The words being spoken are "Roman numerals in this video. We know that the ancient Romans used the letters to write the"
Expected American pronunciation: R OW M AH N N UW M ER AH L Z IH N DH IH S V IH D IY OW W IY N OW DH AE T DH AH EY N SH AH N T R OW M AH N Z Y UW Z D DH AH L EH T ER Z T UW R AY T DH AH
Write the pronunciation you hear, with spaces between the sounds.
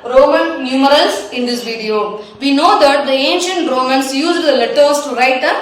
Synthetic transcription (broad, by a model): R OW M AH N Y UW M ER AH L S IH N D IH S V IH D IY OW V IY N OW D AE T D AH EY N SH AH N T R OW M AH N S Y UW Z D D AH L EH T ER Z T UW R AY T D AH